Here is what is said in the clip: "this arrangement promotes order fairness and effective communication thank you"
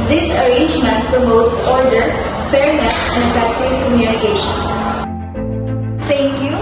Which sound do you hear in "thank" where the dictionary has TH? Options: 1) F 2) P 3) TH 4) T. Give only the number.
4